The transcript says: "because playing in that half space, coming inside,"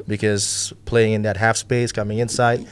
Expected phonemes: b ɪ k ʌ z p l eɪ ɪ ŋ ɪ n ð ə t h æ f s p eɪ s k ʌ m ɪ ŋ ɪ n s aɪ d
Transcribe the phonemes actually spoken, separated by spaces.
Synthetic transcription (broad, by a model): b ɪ k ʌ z p l eɪ ɪ ŋ ɪ n ð ə t h æ f s p eɪ s k ʌ m ɪ ŋ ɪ n s aɪ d